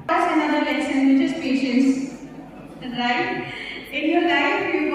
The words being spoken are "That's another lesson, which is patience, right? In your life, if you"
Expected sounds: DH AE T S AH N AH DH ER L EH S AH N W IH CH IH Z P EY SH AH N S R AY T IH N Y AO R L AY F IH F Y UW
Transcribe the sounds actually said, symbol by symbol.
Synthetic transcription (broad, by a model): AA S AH N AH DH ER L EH S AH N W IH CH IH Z P EY SH AH N S R AY T IH N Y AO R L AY IH F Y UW